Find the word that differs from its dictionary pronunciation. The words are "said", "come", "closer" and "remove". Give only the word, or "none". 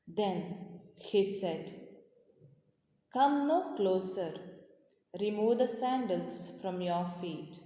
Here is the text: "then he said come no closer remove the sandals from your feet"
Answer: none